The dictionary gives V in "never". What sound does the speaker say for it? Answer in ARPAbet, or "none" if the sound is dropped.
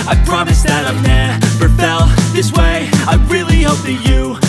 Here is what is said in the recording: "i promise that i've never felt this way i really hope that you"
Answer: B